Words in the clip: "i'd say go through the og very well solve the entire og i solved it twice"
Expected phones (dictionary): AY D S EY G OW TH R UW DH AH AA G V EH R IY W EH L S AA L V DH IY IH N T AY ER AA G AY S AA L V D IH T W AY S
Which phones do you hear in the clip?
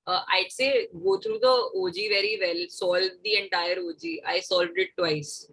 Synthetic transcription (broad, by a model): AY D S EY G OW T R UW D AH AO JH V EH R IY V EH L S AA L V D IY IH N T AY ER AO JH AY S AA L V D IH T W AY S